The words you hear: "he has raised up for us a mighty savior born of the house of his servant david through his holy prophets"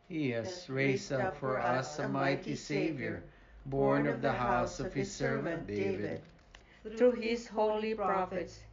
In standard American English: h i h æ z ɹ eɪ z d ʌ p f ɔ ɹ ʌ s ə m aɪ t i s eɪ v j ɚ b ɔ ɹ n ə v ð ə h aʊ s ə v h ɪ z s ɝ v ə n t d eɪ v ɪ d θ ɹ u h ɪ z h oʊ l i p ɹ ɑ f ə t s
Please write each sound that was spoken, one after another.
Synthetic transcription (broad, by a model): h i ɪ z ɹ eɪ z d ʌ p f ɔ ɹ ʌ s ə m aɪ t i s eɪ v j ɚ b ɔ ɹ n ə v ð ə h aʊ s ə v h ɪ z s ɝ v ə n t d eɪ v ɪ d ɹ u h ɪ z h oʊ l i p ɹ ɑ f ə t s